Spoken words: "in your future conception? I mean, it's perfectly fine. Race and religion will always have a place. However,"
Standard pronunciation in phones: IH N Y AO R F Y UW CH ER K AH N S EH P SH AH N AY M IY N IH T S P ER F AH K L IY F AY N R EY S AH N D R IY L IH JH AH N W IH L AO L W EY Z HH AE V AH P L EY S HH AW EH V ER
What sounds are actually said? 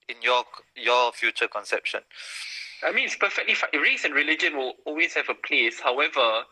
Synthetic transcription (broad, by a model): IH N Y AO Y F Y UW CH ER K AH N S EH P SH AH N AY M IY N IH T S P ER F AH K L IY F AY R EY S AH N R IY L IH JH AH N W IH L AO L W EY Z HH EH V AH P L EY S HH AW EH V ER